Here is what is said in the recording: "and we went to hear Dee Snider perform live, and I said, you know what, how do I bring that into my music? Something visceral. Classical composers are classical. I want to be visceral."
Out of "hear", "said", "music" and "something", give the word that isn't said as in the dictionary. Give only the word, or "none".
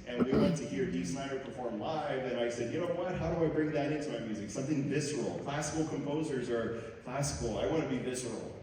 none